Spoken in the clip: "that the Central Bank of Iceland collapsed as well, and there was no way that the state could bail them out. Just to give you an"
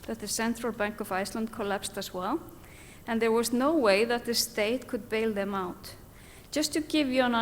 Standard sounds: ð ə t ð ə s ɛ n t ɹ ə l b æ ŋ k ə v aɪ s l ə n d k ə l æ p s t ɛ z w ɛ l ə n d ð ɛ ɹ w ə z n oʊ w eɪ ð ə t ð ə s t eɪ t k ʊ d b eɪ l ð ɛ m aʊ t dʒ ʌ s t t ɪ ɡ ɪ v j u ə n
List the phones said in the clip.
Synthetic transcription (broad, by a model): ð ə t ð ə s ɛ n t ɹ ə l b æ ŋ k ə v aɪ s l ə n d k ə l æ p s t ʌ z w ɛ l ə n ð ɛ ɹ w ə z n oʊ w eɪ ð ə t ð ə s t eɪ t k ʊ d b eɪ l ð ɛ m aʊ t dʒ ʌ s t t ɪ ɡ ɪ v j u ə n